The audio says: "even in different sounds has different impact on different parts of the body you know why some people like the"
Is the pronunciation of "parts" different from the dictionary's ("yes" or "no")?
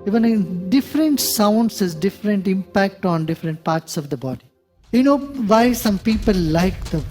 no